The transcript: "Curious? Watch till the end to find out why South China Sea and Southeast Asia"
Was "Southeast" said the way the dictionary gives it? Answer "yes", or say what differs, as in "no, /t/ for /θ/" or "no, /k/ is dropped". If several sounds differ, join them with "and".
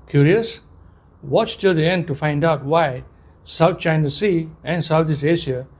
no, /t/ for /θ/